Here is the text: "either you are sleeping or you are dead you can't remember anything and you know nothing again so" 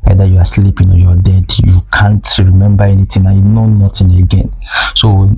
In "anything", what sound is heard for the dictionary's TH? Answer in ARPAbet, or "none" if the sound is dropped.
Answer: T